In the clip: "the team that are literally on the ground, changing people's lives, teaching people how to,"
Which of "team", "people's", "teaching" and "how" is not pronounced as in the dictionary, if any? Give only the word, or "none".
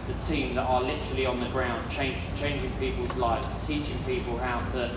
none